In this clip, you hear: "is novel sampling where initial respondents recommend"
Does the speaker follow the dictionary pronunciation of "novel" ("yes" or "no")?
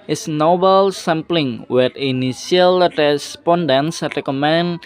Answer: no